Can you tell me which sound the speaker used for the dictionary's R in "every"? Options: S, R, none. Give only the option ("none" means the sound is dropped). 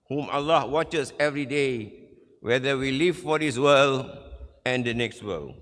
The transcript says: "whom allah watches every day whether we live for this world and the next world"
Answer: R